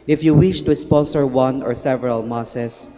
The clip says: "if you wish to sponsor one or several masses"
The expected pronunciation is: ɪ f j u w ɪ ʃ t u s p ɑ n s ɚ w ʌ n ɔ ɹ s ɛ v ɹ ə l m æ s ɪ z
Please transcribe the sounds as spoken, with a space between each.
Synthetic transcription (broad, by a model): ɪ f j u w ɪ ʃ t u s p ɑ s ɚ w ʌ n ɔ ɹ s ɛ v ɹ ə l m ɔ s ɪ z